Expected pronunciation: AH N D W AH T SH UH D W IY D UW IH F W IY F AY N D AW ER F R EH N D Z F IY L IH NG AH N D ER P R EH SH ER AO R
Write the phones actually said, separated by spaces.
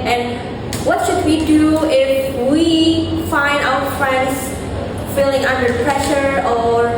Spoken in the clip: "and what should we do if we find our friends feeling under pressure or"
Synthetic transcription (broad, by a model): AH N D W AH T SH UH D W IY D UW IH F W IY F AY N D AW ER F R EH N D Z F IY L IH NG AH N D ER P R EH SH ER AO R